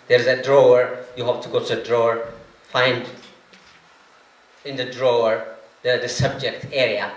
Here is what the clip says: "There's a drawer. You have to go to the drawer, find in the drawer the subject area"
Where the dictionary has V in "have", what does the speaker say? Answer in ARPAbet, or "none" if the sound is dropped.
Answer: P